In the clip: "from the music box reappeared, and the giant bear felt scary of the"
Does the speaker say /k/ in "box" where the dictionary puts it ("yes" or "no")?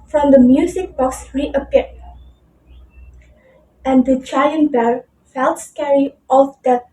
yes